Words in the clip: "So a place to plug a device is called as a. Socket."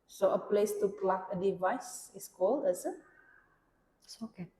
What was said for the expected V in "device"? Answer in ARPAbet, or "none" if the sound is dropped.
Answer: V